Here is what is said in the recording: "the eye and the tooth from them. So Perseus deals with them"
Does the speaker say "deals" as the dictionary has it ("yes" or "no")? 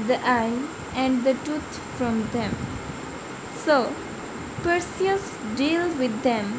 no